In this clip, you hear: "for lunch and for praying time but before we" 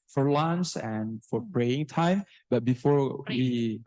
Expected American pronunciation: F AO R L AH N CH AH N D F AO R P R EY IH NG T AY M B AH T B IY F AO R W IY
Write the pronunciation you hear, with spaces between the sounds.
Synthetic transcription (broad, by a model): F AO R L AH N S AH N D F AO R P R EY IH NG T AY M B AH T B IY F AO R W IY